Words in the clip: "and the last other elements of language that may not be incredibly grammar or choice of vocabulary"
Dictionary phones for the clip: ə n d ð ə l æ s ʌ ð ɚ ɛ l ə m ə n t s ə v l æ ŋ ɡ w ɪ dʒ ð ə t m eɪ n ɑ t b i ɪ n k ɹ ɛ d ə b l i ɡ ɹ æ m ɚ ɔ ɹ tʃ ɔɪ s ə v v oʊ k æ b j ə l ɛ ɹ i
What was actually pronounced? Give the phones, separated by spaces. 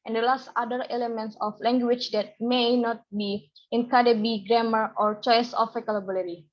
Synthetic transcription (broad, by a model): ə n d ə l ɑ s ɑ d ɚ ɛ l ə m ə n t s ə f l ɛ ŋ ɡ w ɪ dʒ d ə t m eɪ n ɑ t b i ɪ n k ɑ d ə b i ɡ ɹ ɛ m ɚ ɔ ɹ tʃ ɔɪ s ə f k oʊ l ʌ b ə l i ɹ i